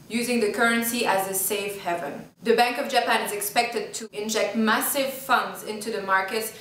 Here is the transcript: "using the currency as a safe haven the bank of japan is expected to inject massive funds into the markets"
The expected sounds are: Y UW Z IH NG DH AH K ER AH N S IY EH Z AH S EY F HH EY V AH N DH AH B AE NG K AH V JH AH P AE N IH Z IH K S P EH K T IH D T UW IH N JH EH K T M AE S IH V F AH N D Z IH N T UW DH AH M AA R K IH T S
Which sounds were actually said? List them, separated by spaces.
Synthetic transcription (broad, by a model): Y UW Z IH NG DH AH K ER AH N S IY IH Z AH S EY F HH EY V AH N DH AH B AE NG K AH V JH AH P AE N IH Z IH K S P EH K T IH D T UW IH N JH EH K T M AE S IH V F AH N D Z IH N T UW DH AH M AA R K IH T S